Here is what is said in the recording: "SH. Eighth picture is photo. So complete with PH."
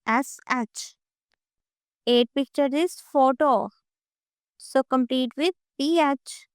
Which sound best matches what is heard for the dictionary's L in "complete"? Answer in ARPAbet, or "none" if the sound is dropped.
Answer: L